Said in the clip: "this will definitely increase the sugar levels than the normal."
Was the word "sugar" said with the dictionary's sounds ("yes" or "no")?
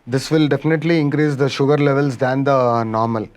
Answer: yes